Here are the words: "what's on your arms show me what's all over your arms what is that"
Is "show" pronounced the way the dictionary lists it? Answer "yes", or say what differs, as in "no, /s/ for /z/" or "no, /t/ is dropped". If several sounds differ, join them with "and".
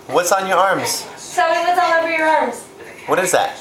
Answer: no, /s/ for /ʃ/